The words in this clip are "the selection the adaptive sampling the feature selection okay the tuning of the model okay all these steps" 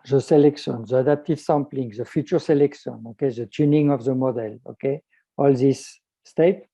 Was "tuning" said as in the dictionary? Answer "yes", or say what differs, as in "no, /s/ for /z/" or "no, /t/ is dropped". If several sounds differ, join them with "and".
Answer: yes